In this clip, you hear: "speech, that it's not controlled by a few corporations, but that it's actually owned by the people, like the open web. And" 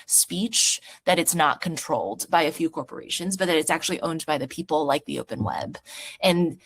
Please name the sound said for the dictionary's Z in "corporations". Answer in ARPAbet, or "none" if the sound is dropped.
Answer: Z